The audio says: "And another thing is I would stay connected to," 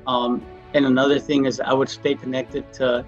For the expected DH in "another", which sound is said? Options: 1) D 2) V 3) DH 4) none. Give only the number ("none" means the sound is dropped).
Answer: 3